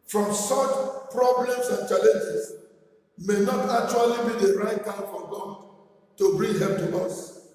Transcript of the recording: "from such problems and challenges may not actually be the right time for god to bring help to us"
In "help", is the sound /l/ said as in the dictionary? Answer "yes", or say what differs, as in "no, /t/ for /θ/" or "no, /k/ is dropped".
no, /l/ is dropped